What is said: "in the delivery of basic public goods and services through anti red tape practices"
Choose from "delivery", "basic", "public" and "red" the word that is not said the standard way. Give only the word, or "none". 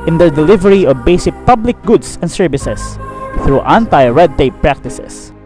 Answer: none